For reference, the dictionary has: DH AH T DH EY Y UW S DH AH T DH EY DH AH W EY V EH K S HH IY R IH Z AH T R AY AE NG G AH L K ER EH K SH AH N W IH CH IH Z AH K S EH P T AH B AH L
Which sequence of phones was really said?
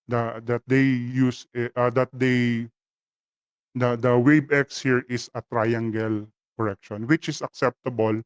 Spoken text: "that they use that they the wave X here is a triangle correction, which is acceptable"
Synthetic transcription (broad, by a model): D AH T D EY Y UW S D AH T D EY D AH W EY B EH K S HH IY R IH S AH T R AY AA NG G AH L K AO EH K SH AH N W IH CH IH S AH K S EH P T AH B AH L